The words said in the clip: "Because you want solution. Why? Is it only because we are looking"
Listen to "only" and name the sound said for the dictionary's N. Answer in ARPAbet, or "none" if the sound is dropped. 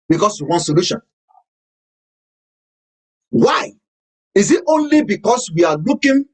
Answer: N